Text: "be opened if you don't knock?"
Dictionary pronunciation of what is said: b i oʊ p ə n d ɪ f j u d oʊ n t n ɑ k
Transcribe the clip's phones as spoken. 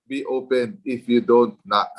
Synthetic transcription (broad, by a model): b i oʊ p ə n ɪ f j u d oʊ n t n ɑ